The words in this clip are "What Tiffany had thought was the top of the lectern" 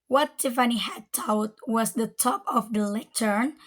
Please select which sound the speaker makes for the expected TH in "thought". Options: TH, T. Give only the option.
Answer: T